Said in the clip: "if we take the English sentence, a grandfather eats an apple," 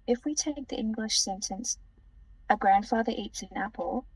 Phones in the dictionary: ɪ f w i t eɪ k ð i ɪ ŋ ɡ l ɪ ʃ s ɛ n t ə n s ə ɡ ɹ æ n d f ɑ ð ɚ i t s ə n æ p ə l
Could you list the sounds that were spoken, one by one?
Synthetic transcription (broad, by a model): ɪ f w i t eɪ k ð i ɪ ŋ ɡ l ɪ ʃ s ɛ n t ə n s ə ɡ ɹ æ n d f ɑ ð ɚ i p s ə n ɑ p ə l